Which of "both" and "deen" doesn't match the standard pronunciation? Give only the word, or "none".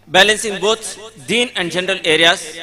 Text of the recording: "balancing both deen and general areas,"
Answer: both